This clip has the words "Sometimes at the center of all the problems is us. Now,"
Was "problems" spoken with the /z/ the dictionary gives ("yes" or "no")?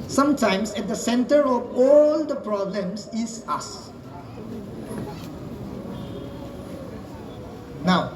no